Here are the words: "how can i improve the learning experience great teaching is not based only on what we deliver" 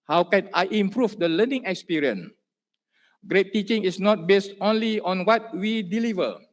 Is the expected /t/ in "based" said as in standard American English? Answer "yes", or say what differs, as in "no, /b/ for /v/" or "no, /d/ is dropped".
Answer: yes